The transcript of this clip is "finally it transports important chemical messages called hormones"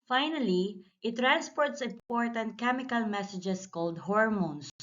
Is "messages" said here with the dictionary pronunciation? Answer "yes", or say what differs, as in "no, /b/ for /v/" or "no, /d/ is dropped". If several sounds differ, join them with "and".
no, /s/ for /z/